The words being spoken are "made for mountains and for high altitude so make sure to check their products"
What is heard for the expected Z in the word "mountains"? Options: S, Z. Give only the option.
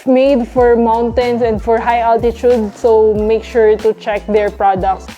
S